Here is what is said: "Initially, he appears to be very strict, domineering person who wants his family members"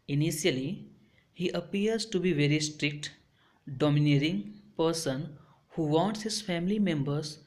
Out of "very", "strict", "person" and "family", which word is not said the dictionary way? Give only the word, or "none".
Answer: none